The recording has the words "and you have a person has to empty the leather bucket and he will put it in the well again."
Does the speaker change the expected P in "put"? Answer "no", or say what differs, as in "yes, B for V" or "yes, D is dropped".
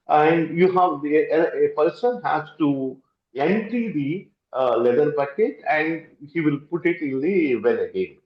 no